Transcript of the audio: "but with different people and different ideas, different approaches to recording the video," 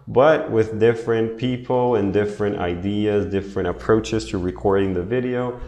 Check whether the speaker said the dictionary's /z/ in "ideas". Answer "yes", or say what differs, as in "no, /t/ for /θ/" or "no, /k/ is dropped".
yes